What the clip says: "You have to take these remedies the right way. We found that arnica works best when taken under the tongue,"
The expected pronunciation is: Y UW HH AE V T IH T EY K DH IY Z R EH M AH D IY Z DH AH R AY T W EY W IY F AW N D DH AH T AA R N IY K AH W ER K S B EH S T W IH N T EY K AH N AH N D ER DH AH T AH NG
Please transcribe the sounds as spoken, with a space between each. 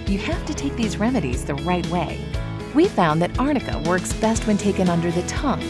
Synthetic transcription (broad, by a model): Y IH HH AE F T IH T EY K DH IY Z R EH M AH D IY Z DH AH R AY T W EY W IY F AW N DH AH T AA R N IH K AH W ER K S B EH S T W IH N T EY K AH N AH N D ER DH AH T AH NG